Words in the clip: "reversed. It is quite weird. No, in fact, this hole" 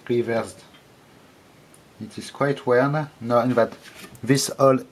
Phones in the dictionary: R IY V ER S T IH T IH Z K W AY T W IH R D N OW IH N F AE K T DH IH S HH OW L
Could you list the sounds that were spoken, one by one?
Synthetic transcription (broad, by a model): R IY V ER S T IH T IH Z K W AY T W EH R N OW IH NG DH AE T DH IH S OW L